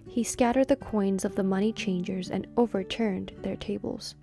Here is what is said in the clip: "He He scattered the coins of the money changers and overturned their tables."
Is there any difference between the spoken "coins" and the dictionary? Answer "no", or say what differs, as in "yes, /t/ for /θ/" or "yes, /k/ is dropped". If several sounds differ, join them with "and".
no